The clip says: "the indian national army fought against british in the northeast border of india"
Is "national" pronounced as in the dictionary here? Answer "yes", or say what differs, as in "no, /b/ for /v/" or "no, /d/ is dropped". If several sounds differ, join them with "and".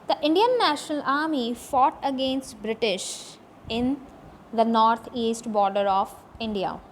yes